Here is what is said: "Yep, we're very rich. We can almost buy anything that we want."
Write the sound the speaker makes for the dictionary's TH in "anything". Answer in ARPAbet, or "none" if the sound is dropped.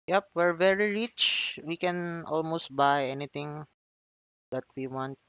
T